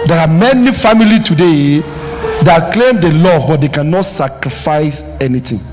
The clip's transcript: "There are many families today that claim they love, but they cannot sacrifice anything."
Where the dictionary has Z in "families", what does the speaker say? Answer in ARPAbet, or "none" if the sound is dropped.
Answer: none